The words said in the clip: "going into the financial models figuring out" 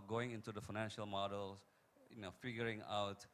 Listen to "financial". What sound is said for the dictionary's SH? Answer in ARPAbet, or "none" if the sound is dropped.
SH